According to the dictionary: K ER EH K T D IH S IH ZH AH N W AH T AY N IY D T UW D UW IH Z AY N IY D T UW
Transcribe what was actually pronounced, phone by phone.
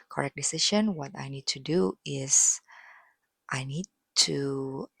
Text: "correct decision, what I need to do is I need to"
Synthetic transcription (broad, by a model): K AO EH K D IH S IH SH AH N W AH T AY N IY D T UW D UW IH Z AY N IY D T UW